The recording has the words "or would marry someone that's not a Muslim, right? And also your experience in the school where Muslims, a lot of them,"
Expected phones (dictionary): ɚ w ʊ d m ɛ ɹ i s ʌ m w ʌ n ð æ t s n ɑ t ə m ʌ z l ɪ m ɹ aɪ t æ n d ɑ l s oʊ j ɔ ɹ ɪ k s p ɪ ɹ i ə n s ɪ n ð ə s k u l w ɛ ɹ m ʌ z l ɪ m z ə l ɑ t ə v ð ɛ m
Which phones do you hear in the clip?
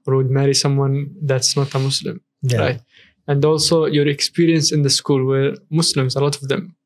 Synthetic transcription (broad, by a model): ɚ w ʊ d m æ ɹ i s ʌ m w ʌ n ð æ t s n ɑ t ə m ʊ s l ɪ m ɹ aɪ t æ n d ɑ l s oʊ j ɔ ɹ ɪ k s p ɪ ɹ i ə n s ɪ n ð ə s k u l w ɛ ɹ m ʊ s l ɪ m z ə l ɑ t ə v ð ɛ m